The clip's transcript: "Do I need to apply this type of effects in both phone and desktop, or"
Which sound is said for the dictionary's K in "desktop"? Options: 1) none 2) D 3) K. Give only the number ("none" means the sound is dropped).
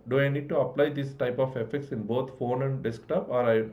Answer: 3